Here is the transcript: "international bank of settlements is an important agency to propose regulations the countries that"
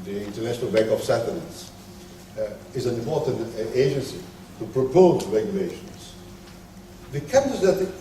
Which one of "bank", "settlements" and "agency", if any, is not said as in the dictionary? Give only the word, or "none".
settlements